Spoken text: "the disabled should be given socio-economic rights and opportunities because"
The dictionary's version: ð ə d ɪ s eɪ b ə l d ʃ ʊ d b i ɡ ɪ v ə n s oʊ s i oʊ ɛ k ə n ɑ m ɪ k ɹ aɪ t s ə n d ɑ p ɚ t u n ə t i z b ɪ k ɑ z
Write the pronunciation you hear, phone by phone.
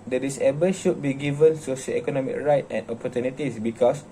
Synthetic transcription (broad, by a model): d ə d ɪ s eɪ b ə ʃ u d b i ɡ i v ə n s oʊ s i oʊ ɛ k ə n ɑ m ɪ k ɹ aɪ t ə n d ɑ p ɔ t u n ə t i s b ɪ k ɑ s